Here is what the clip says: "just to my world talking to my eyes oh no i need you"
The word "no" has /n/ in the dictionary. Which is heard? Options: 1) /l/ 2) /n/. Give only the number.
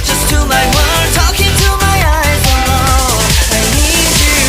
1